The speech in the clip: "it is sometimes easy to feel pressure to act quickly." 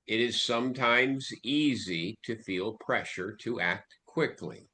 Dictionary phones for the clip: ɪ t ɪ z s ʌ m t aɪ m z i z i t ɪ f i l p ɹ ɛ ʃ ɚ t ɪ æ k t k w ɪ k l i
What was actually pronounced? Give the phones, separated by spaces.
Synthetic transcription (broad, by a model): ɪ t ɪ z s ʌ m t aɪ m z i z i t ɪ f i l p ɹ ɛ ʃ ɚ t ɪ æ k t k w ɪ k l i